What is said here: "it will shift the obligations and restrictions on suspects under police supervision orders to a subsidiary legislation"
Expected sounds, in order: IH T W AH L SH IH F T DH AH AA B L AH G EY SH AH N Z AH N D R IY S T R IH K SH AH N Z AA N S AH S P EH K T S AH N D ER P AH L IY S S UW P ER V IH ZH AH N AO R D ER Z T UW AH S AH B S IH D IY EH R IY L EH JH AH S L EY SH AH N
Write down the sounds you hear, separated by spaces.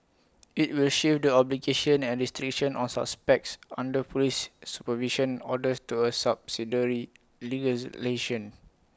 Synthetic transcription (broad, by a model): IH T W AH L SH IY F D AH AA B L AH G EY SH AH N AH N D R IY S T R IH K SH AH N AA N S AH S P EH K T S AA N D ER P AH L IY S S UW P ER V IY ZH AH N AO D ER T UW AH S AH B S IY D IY R IY L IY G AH L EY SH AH N